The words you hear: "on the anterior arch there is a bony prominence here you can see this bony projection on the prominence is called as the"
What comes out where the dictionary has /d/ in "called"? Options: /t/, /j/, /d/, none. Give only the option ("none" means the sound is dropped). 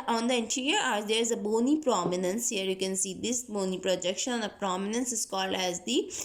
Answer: none